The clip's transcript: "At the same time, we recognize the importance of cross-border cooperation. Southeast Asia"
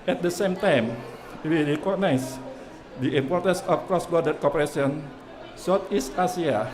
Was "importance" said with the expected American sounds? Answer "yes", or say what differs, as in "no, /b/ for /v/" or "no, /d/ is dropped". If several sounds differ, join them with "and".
yes